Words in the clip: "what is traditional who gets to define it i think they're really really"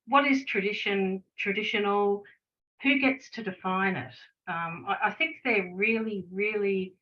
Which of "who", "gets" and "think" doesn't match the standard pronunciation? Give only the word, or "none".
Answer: none